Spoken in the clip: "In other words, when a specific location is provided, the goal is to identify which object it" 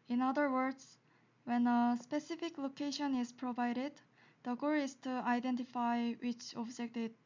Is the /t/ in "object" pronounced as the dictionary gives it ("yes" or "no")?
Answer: yes